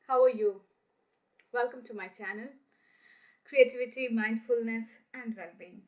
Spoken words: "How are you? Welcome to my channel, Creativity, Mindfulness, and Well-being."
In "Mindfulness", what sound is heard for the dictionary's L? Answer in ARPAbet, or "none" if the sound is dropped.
L